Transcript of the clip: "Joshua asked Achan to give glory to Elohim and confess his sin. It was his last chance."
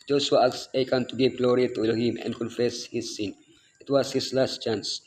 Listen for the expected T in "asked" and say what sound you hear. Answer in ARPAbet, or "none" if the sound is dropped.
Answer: none